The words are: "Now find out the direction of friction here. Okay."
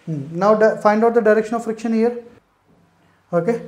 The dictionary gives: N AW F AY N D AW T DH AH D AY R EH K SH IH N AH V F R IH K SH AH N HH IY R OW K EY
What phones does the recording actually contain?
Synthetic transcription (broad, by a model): N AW F AY N D AW T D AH D AY R EH K SH IH N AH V F R IH K SH AH N HH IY R OW K EY